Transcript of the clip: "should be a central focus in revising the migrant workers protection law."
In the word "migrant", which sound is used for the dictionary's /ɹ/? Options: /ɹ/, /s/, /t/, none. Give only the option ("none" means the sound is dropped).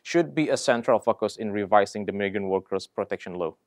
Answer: none